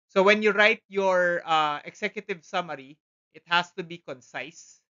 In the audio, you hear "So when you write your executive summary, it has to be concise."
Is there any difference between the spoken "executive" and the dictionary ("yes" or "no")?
yes